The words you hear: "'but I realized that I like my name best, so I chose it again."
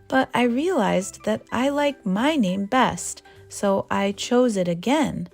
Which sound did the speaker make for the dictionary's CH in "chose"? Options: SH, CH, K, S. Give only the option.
CH